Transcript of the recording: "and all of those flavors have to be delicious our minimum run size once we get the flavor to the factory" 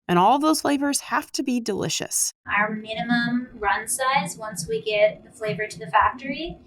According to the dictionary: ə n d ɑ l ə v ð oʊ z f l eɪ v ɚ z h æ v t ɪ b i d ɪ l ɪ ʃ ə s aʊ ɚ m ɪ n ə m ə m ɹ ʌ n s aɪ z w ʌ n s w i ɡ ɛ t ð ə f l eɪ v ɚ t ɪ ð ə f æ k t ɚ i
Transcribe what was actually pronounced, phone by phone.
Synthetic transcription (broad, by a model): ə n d ɑ l ð oʊ z f l eɪ v ɚ z h æ f t ɪ b i d ɪ l ɪ ʃ ə s aʊ ɚ m ɪ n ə m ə m ɹ ʌ n s aɪ z w ʌ n s w i ɡ ɛ t ð ə f l eɪ v ɚ t ɪ ð ə f æ k t ɚ i